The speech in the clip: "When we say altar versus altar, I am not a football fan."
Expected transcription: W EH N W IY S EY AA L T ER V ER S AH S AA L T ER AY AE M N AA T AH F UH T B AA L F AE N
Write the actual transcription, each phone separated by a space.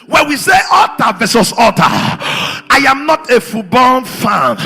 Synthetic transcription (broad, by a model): W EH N W IY S EY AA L T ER V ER S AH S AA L T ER AY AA M N AA T AH F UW B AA N F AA N